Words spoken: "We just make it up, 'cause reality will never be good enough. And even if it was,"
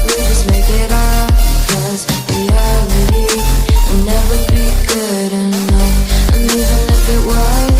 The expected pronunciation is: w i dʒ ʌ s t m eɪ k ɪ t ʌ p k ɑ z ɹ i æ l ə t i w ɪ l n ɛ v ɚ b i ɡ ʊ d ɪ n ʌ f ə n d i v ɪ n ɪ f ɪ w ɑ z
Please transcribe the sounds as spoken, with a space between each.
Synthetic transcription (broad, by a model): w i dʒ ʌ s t m eɪ k ɪ t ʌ b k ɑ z w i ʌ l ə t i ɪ n ɛ v ɚ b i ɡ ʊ d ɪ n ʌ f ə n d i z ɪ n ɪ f ɪ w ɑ